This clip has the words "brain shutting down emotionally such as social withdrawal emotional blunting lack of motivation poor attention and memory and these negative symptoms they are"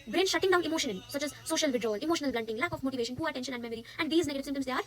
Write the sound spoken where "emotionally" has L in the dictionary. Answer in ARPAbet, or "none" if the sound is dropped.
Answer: N